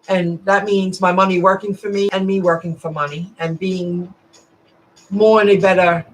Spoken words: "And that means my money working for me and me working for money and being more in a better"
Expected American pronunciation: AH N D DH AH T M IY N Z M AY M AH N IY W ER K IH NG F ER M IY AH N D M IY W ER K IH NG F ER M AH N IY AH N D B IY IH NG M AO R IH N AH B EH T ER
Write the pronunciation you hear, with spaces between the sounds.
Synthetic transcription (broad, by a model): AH N DH AH T M IY N Z M AY M AH N IY W ER K IH NG F ER M IY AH N M IY W ER K IH NG F ER M AH N IY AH N B IY IH NG M AO R IH N AH B EH T ER